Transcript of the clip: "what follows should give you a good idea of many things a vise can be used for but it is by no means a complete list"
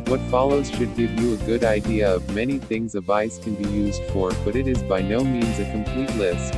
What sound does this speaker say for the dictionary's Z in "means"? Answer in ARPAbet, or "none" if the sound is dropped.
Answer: Z